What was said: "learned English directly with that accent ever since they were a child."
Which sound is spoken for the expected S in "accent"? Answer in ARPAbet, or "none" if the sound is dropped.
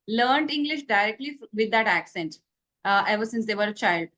S